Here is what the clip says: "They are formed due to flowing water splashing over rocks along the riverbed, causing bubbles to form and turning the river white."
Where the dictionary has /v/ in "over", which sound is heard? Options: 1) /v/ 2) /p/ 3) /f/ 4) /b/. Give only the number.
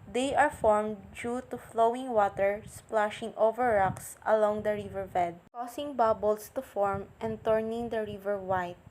1